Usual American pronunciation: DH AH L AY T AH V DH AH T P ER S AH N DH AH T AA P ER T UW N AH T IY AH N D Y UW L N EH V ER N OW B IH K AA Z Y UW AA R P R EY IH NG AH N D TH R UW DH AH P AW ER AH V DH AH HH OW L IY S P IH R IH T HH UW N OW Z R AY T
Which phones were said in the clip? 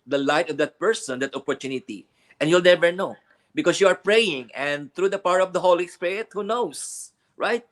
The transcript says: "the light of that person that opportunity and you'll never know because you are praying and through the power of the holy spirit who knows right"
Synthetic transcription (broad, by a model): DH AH L AY T AH V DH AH T P ER S AH N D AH T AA P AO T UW N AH T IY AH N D Y UW L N EH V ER N OW B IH K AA S Y UW AA R P R EY IH NG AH N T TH R UW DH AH P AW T AH V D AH HH OW L IY S P IH R IH T HH UW N OW S R AY T